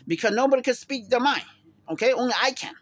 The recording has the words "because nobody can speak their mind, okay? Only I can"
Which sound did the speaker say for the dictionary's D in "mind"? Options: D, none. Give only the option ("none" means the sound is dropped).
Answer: none